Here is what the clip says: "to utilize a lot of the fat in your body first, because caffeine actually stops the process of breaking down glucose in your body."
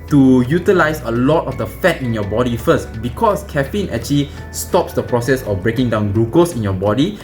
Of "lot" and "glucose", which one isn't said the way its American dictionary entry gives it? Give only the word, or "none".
glucose